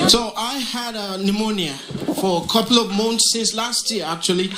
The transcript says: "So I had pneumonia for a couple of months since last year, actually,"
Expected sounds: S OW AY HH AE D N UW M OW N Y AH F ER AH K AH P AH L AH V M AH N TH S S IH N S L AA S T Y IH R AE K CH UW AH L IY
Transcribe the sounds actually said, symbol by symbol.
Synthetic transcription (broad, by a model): S OW AY HH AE D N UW M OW N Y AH F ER AH K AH P L AH V M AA N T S S IH N S L AA S T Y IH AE K CH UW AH L IY